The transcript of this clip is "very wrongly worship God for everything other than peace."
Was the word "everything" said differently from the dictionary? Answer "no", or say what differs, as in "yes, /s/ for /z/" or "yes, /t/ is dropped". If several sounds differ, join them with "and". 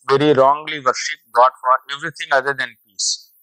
yes, /t/ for /θ/